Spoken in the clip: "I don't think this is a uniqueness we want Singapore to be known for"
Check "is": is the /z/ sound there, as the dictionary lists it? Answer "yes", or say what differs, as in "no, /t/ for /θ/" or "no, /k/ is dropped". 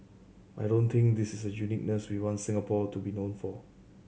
no, /s/ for /z/